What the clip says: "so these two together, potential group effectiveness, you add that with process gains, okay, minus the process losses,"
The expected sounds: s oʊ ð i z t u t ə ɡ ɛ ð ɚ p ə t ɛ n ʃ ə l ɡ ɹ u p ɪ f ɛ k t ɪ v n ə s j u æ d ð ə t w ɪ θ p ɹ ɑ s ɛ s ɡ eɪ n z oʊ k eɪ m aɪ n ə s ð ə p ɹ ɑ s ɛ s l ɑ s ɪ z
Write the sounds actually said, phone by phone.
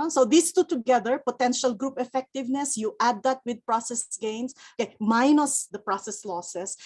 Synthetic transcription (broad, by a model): s oʊ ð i s t u t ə ɡ ɛ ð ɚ p ə t ɛ n ʃ ə l ɡ ɹ u p ɪ f ɛ k t ɪ v n ə s j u æ d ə t w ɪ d p ɹ ɑ s ɛ s ɡ eɪ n s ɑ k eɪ m aɪ n ə s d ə p ɹ ɑ s ɛ s l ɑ s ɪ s